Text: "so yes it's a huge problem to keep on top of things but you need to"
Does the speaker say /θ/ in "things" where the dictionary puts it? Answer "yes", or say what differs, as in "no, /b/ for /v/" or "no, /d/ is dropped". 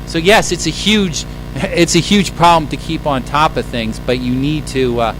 yes